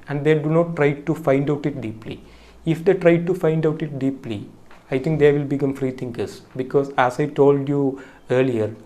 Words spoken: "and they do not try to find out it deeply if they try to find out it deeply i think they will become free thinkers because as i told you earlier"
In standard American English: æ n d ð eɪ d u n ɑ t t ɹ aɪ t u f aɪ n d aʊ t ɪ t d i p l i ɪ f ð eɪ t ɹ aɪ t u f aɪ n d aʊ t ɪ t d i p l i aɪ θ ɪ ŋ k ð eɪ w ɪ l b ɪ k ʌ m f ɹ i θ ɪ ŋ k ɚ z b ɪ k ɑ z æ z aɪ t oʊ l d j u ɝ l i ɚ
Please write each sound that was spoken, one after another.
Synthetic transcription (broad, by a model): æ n d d eɪ d u n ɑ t t ɹ aɪ t u f aɪ n d aʊ t ɪ t d i p l i ɪ f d eɪ t ɹ aɪ t u f aɪ n d aʊ t ɪ t d i p l i aɪ t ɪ ŋ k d eɪ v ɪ l b ɪ k ʌ m f ɹ i t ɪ ŋ k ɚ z b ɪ k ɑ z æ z aɪ t oʊ l d j u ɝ l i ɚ